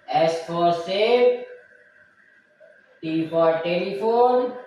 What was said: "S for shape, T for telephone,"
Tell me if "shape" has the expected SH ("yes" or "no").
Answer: no